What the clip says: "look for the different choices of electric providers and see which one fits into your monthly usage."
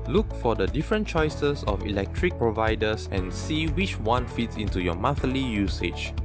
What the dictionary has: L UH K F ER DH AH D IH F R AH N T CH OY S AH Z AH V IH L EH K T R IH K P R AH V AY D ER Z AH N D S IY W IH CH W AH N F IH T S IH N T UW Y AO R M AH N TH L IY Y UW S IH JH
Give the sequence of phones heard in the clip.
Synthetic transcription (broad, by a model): L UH K F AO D AH D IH F R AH N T CH OY S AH S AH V IH L EH K T R IH K P R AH V AY D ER S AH N S IY W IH CH W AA N F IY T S IH N T UW Y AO M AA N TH L IY Y UW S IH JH